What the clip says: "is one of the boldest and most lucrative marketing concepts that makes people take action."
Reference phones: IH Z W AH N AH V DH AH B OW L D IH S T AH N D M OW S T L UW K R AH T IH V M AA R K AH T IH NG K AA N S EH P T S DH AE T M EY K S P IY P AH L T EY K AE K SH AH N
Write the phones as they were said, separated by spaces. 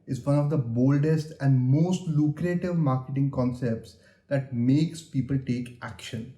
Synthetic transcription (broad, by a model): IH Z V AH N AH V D AH B OW L D IH S T AH N D M OW S T L UW K R AH T IH V M AA R K AH T IH NG K AA N S EH P T S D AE T M EY K S P IY P AH L T EY K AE K SH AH N